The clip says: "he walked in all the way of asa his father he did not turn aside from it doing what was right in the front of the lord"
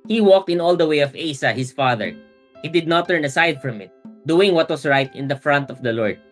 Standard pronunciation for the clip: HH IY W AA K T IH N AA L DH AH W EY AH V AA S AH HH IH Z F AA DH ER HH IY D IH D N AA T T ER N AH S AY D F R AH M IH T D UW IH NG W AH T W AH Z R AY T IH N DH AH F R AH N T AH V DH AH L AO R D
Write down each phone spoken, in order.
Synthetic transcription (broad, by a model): HH IY W AA K T IH N AA L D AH W EY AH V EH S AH HH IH S F AA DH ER HH IY D IH D N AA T T ER N AH S AY D F R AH M IH T D UW IH NG W AH T W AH S R AY T IH N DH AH F R AH N T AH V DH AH L AO R D